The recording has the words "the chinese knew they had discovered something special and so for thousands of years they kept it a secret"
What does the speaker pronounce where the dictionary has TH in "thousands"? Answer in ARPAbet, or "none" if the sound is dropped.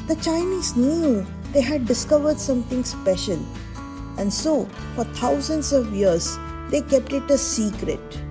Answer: T